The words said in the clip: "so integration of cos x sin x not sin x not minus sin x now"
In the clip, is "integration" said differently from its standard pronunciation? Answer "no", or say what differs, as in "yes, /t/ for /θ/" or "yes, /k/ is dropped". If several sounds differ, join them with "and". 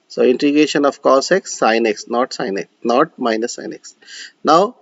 yes, /ɹ/ is dropped